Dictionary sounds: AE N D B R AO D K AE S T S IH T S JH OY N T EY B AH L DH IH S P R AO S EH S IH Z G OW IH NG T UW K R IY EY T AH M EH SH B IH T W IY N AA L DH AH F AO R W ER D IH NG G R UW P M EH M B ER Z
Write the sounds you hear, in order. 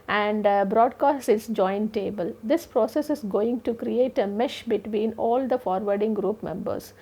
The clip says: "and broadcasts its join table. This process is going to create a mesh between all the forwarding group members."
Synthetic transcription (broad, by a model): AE N D B R AO D K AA S T IH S JH OY N T EY B AH L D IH S P R AO S EH S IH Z G OW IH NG T UW K R IY EY T AH M EH SH B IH T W IY N AA L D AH F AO R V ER D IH NG G R UW P M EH M B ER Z